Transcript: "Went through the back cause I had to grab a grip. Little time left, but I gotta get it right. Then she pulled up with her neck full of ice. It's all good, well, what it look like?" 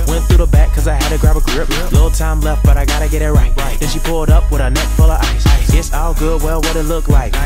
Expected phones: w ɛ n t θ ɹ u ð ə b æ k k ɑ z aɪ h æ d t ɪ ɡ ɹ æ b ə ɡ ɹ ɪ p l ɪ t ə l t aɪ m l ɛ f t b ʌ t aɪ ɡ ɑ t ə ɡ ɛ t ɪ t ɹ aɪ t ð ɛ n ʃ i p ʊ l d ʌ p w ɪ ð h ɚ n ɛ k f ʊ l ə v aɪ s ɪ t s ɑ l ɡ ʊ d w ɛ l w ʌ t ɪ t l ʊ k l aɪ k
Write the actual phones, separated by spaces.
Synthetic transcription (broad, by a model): w ɛ n θ ɹ u ð ə b æ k k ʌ z aɪ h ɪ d t ɪ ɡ ɹ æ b ə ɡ ɹ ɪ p l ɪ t l t aɪ m l ɛ f t b ʌ t aɪ ɡ ɑ t ə ɡ ɛ t ɪ t ɹ aɪ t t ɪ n ʃ i p ʊ l d ʌ p w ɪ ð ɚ n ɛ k f ʊ l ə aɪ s ɪ t s ɑ l ɡ ʊ d w ɛ l w ʌ t ɪ t l ʊ k l aɪ k